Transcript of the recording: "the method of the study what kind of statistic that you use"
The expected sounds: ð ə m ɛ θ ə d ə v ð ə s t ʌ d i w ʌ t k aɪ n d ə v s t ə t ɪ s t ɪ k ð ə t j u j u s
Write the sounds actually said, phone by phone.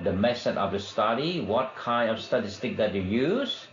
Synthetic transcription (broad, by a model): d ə m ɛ s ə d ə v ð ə s t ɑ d i w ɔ t k aɪ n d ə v s t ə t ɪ s t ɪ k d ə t j u j u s